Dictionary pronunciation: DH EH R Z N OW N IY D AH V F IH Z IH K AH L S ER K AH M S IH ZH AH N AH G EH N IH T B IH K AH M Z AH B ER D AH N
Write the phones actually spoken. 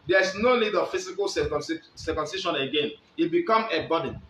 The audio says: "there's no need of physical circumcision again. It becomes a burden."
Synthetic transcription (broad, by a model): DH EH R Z N OW N IY D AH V F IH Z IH K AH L S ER K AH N S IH SH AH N AH G EH N IH T B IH K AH M AH B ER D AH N